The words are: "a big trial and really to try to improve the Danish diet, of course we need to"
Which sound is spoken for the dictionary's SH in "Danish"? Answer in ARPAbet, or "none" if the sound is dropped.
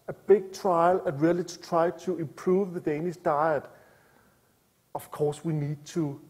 S